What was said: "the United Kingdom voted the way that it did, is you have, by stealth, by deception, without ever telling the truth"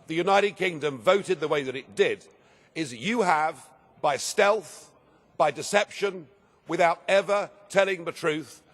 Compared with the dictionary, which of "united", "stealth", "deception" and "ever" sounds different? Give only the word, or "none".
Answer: none